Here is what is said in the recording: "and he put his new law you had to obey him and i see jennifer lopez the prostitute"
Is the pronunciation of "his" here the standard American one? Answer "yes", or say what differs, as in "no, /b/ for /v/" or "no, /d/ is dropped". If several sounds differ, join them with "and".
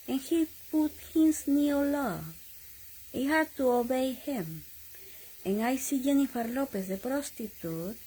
no, /s/ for /z/